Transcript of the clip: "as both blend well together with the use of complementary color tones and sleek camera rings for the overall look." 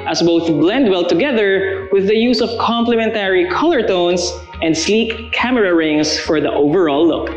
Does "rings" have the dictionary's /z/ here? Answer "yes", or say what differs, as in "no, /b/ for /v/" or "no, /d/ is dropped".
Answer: no, /s/ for /z/